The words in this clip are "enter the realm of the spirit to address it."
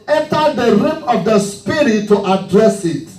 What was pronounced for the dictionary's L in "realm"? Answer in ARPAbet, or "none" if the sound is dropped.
none